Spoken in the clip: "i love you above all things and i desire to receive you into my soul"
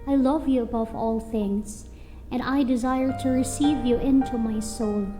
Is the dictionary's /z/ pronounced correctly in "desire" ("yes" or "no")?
yes